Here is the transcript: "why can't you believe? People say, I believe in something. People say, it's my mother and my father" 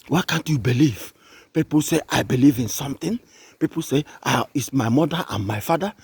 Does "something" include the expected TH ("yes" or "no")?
no